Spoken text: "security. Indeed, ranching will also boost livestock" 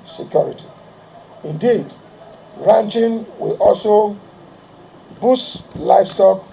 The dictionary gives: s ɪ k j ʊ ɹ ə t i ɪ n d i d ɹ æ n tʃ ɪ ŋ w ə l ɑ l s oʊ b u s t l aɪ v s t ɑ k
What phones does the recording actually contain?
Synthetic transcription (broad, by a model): s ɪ k j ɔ ɹ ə t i ɪ n d i d ɹ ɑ n tʃ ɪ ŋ w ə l ɑ l s oʊ b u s l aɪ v s t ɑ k